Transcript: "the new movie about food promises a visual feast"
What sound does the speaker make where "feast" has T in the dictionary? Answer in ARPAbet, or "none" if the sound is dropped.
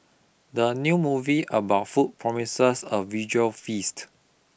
T